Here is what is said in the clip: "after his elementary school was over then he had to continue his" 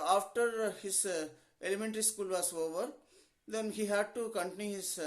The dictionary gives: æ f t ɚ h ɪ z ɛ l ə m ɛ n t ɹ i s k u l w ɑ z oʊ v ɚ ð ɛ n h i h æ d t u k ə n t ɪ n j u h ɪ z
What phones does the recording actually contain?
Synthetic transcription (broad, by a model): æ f t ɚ h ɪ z ɛ l ə m ɛ n t ɹ i s k u l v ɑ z oʊ v ɚ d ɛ n h i h æ d t u k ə n t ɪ n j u h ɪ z